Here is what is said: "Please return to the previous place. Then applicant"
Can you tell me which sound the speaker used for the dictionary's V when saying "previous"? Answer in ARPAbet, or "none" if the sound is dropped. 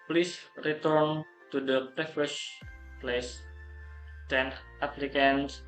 F